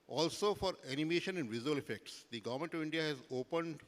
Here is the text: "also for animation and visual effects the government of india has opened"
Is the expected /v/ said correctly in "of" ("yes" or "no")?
yes